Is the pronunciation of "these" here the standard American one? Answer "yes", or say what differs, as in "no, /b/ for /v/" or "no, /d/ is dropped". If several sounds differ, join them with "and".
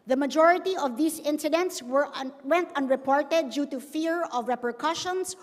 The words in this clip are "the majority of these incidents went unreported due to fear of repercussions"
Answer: no, /s/ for /z/